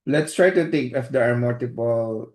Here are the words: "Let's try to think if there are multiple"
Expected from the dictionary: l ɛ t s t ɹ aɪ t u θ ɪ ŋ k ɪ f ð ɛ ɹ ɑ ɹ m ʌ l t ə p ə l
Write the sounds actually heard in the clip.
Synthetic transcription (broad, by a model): l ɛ t s t ɹ aɪ t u t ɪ ŋ k ɪ f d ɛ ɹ ɑ ɹ m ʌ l t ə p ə l